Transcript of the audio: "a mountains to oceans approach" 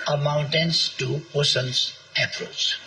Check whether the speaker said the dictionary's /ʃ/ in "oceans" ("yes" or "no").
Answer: no